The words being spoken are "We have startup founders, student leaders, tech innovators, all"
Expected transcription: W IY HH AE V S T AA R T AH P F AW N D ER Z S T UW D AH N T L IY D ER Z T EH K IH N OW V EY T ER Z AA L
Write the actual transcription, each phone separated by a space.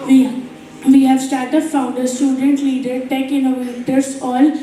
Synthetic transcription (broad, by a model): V IY HH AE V S T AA R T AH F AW N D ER S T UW D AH N T L IY D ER T EH K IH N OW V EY T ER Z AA L